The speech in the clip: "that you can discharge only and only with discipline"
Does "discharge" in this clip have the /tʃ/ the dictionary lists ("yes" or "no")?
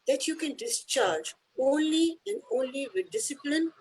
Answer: yes